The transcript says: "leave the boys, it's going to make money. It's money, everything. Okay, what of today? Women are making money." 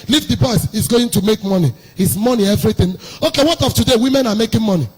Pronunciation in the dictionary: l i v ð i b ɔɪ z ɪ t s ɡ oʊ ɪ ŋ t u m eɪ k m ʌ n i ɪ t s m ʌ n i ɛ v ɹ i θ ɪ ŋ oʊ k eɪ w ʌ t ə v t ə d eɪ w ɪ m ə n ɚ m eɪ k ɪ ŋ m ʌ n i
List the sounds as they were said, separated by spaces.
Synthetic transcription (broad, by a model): l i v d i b ɔɪ s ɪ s ɡ oʊ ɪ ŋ t u m eɪ k m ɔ n i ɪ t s m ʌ n i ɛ v ɹ i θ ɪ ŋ oʊ k eɪ w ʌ t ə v t ə d eɪ w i m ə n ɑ m eɪ k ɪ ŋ m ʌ n i